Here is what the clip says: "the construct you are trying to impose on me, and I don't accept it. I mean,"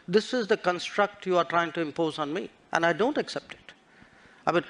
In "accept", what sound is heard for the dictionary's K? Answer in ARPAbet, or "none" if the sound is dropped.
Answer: K